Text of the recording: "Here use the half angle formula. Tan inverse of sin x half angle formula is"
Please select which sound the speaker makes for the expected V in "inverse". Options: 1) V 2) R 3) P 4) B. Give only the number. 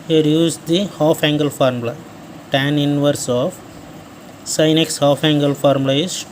1